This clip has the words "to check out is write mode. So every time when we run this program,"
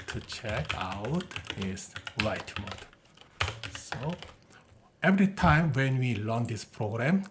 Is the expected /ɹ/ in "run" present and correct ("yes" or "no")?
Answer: no